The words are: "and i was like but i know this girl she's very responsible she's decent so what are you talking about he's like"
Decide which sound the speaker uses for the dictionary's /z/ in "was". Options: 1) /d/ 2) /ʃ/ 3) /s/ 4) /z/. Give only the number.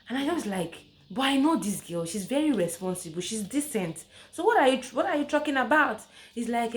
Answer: 3